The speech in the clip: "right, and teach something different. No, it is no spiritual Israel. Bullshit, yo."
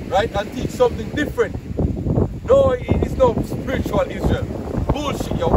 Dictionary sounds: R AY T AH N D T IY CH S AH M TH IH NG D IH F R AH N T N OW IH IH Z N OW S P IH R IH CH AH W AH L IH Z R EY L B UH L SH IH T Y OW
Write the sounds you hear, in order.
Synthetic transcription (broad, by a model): R AY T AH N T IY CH S AH M TH IH NG D IH F R AH N T N OW IH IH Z N OW S P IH R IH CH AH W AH L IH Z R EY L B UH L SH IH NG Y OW